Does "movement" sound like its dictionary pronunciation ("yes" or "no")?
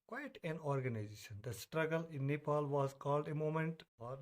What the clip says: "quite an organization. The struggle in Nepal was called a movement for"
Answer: no